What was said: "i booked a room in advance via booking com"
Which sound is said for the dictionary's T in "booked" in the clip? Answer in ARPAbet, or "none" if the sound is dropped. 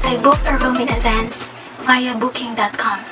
none